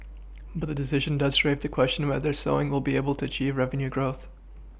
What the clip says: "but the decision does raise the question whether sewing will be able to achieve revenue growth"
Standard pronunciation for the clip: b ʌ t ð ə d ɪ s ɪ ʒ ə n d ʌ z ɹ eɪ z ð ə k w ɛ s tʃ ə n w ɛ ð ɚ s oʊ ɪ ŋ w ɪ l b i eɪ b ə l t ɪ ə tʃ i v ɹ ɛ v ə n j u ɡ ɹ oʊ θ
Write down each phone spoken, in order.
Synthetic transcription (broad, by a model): b ʌ t ð ə d ɪ s ɪ ʒ ə n d ʌ z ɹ eɪ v ð ə k w ɛ s tʃ ə n w ɛ ð ɚ s oʊ ɪ ŋ w ɪ l b i eɪ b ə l t ɪ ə tʃ i v ɹ ɛ v ə n j u ɡ ɹ oʊ θ